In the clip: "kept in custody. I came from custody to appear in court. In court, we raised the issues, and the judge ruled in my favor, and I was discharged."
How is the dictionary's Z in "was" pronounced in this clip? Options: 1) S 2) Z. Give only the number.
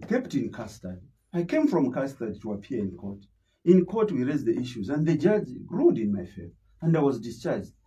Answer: 2